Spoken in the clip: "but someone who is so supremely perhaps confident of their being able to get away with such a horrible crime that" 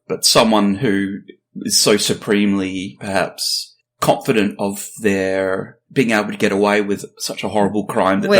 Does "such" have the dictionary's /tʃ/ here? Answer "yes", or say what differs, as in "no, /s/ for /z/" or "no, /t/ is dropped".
yes